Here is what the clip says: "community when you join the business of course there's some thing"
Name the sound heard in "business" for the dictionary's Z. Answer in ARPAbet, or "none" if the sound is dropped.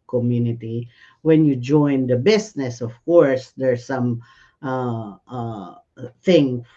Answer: S